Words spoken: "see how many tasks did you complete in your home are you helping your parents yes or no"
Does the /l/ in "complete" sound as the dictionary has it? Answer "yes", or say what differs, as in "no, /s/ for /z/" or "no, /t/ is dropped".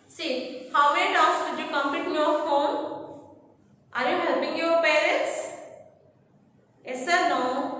no, /l/ is dropped